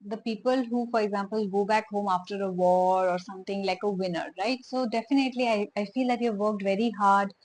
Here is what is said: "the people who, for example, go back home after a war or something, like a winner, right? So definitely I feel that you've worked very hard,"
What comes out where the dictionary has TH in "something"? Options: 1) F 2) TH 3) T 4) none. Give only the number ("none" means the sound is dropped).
3